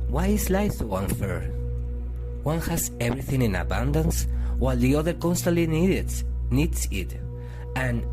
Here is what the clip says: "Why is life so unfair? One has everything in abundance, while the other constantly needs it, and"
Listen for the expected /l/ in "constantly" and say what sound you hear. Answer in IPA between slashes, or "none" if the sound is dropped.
/n/